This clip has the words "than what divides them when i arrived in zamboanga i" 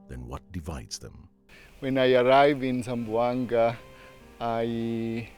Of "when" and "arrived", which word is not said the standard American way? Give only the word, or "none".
arrived